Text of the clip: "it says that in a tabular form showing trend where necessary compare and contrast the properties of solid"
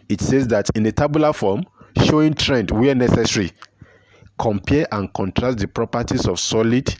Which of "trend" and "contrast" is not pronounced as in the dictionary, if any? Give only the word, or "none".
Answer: contrast